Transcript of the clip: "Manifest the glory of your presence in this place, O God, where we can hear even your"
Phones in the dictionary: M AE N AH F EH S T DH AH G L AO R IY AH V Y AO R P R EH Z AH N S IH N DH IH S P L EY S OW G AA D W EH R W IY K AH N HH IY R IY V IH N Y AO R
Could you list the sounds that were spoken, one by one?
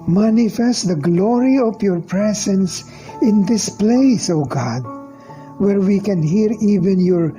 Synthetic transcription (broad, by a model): M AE N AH F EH S T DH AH G L AO R IY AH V Y AO R P R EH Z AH N S IH N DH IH S P L EY S OW G AA D W EH R W IY K AH N HH IY R IY V IH N Y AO R